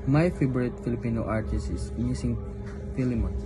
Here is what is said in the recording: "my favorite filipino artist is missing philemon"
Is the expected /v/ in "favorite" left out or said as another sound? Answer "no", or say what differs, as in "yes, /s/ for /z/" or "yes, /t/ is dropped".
yes, /b/ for /v/